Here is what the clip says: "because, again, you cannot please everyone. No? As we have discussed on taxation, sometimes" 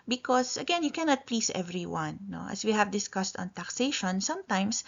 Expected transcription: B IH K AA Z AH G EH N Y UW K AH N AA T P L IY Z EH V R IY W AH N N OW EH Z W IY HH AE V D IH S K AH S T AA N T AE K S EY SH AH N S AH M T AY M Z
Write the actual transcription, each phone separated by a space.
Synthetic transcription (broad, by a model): B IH K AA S AH G EH N Y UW K AH N AA T P L IY S EH V R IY W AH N N OW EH S W IY HH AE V D IH S K AH S T AA N T AE K S EY SH AH N S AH M T AY M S